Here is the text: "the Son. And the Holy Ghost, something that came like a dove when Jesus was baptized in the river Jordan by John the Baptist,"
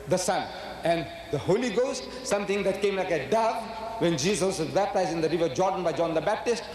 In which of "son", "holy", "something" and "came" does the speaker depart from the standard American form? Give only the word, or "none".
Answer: something